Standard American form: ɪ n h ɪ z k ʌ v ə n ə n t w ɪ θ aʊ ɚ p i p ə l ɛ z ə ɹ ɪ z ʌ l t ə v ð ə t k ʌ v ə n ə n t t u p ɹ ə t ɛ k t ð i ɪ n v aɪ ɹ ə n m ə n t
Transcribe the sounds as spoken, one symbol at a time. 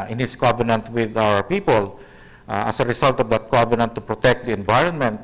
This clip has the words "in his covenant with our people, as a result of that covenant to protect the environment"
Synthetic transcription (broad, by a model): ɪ n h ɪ s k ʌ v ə n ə n t w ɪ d aʊ ɚ p i p ə l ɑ s ə ɹ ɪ s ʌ l t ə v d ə t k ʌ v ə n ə n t t u p ɹ ə t ɛ k t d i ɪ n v aɪ ɹ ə n m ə n t